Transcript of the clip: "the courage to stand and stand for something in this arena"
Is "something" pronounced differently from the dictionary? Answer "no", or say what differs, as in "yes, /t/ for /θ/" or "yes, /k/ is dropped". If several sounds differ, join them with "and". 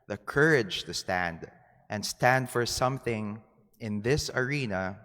no